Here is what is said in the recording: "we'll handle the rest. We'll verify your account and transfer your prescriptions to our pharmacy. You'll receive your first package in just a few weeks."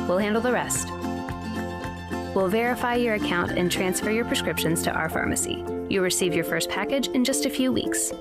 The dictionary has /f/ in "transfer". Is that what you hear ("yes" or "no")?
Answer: yes